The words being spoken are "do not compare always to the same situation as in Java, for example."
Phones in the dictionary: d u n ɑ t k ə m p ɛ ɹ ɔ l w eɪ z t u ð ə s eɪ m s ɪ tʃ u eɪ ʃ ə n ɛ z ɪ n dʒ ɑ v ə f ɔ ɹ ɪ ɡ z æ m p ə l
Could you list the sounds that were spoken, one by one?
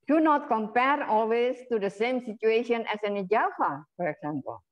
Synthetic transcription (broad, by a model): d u n ɑ t k ə m p ɛ ɹ ɔ l w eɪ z t u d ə s eɪ m s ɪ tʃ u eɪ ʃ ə n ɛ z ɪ n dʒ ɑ f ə f ɔ ɹ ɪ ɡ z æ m p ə l